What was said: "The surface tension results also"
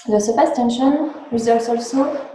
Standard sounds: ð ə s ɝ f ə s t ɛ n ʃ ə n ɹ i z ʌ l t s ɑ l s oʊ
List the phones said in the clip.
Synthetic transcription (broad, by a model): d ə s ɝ p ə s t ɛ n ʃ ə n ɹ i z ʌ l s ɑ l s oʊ